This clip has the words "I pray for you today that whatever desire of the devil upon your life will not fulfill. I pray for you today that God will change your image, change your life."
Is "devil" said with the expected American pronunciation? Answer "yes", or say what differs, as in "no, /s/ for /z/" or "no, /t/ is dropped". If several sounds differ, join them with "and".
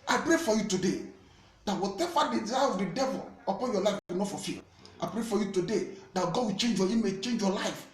yes